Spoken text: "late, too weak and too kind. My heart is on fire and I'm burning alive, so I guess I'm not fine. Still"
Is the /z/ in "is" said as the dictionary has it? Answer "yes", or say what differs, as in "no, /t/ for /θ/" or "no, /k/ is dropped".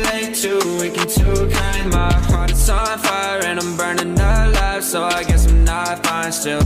no, /s/ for /z/